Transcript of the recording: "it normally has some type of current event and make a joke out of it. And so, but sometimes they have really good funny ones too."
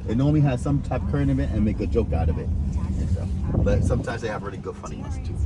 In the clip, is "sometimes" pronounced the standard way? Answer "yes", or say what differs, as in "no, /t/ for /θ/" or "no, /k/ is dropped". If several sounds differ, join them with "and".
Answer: yes